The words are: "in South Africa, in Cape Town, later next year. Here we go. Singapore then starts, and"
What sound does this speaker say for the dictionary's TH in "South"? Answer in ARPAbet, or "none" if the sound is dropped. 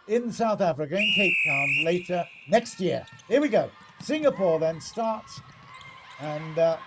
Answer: TH